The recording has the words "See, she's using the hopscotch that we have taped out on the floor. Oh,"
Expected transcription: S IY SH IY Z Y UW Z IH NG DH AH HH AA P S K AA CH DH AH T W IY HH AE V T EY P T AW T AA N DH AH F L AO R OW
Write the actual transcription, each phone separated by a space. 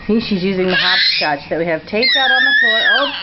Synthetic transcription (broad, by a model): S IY SH IY Z Y UW Z IH NG DH AH HH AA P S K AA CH DH AH T W IY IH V T EY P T AW T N DH AH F AO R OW